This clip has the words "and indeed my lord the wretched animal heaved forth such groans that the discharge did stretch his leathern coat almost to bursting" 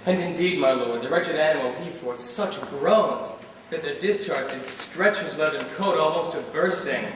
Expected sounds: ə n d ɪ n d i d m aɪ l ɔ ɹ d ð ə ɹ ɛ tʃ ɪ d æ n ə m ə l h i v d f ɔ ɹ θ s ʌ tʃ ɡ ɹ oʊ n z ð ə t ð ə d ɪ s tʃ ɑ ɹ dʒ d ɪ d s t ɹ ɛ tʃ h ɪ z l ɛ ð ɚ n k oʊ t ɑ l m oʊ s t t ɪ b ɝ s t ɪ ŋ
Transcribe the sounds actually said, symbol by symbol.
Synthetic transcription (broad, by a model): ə n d ɪ n d i d m aɪ l ɔ ɹ d ð ə ɹ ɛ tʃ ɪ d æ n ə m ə l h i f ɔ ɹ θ s ʌ tʃ ɡ ɹ oʊ n z ð ə t ð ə d ɪ s tʃ ɑ ɹ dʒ d ɪ d s t ɹ ɛ tʃ h ɪ z l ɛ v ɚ n k oʊ t ɑ l m oʊ s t t ɪ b ɝ s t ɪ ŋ